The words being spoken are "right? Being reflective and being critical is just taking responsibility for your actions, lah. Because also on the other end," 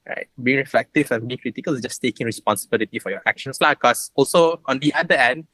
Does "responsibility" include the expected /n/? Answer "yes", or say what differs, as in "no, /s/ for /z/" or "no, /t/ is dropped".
yes